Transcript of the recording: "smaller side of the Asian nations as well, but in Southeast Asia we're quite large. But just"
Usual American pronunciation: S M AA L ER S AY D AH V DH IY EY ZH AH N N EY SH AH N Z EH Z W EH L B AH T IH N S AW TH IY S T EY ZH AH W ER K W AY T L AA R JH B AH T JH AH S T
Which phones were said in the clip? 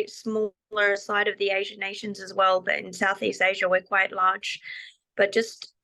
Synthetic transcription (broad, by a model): S M AA L ER S AY D AH V DH IY EY ZH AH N N EY SH AH N Z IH Z W EH L B AH T IH N S AW TH IY S T EY ZH AH W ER K W AY T L AA R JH B AH T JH AH S T